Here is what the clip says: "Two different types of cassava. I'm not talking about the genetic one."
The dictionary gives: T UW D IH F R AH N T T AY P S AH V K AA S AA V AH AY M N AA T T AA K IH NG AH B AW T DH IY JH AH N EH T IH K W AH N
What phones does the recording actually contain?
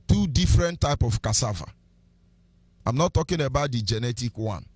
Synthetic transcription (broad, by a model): T UW D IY F R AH N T T AY P AH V K AA S AA V AH AY M N AA T T AA K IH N AH B AW T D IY JH AH N EH T IH K W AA N